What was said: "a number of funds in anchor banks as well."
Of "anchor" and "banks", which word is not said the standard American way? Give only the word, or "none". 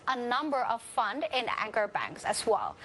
none